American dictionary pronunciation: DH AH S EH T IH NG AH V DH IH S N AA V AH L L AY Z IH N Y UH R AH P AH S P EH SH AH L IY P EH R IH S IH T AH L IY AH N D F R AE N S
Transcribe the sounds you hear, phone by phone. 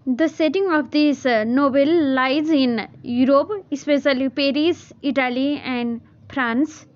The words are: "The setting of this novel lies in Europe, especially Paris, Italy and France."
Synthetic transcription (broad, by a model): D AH S EH T IH NG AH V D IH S N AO B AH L L AY Z IH N Y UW R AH P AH S P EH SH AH L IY P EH R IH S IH T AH L IY AH N D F R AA N S